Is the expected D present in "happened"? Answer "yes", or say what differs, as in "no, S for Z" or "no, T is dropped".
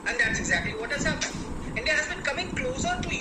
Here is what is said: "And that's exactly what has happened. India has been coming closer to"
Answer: no, D is dropped